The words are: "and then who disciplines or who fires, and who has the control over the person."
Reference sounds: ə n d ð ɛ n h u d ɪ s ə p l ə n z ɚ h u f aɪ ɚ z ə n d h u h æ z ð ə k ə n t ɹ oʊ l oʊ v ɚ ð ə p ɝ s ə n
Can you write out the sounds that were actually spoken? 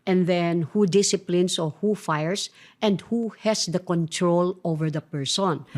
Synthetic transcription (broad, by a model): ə n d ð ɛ n h u d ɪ s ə p l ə n s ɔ h u f aɪ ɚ s ə n d h u h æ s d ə k ə n t ɹ oʊ l oʊ v ɚ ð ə p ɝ s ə n